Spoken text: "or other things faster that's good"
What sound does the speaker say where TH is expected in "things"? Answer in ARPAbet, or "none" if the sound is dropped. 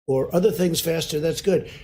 TH